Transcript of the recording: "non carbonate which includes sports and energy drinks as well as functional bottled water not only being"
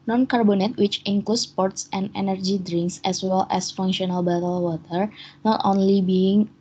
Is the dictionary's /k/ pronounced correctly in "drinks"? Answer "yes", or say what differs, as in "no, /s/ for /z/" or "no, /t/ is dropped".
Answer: yes